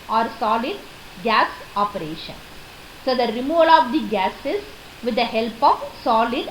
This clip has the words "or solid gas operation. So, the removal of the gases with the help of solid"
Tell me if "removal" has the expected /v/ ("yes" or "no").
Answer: yes